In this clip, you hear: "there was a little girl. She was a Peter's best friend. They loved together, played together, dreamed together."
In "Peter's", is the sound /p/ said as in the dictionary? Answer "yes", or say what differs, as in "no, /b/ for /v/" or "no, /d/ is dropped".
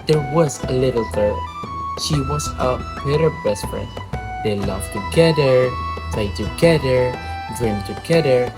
no, /b/ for /p/